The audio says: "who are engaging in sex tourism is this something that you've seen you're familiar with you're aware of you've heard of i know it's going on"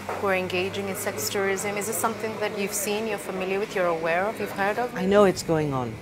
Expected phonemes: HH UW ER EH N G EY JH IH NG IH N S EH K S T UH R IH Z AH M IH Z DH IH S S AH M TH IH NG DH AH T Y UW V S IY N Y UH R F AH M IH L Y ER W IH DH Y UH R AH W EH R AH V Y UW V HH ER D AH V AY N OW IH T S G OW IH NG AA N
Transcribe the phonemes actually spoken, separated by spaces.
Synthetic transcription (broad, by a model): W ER EH N G EY JH IH NG IH N S EH K S T UH R IH Z AH M IH Z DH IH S S AH M TH IH NG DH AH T Y UW V S IY N Y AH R F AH M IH L Y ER W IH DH Y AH R AH W EH R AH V Y UW V HH ER D AH V AY N OW IH T S G OW IH NG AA N